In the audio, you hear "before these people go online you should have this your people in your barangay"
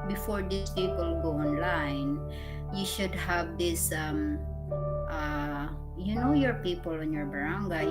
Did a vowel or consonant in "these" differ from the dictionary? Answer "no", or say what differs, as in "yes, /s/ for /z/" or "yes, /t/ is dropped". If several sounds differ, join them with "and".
yes, /s/ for /z/